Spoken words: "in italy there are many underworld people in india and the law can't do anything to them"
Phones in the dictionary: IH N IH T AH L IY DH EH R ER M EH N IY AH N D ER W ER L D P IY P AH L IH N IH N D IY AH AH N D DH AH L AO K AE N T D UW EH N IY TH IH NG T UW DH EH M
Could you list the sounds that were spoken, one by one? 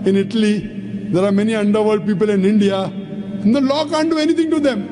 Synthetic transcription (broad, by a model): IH N IH T AH L IY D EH R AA M EH N IY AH N D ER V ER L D P IY P AH L IH N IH N D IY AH AH N D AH L AO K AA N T D UW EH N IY T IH NG T UW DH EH M